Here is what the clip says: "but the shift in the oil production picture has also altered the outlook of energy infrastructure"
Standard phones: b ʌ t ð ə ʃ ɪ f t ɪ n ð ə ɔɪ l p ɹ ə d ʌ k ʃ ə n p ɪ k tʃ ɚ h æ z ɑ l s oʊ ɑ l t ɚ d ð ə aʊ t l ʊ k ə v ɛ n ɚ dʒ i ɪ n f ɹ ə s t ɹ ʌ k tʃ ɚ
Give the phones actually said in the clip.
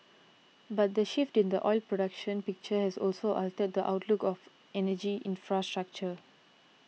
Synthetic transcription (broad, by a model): b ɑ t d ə ʃ ɪ f t ɪ n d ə ɔɪ l p ɹ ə d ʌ k ʃ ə n p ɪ k tʃ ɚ h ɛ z ɑ l s oʊ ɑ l t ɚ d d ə aʊ t l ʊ k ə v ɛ n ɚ dʒ i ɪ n f ɹ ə s t ɹ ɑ k tʃ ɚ